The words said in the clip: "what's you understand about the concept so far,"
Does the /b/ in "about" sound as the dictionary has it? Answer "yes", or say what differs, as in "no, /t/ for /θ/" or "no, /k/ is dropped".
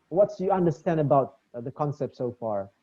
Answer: yes